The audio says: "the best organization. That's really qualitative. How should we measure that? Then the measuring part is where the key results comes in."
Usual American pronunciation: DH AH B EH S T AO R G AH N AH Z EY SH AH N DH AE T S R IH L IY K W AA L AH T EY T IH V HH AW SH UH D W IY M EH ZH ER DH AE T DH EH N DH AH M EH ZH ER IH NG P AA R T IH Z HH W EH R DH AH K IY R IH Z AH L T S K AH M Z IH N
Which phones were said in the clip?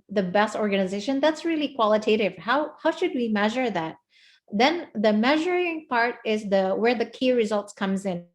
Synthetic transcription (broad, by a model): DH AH B EH S T AO R G AH N AH Z EY SH AH N DH AE T S R IH L IY K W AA L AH T EY T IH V HH AW SH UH D W IY M EH ZH ER DH AE T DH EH N DH AH M EH ZH ER IH NG P AA R T IH Z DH W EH R DH AH K IY R IH Z AH L T S K AH M Z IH N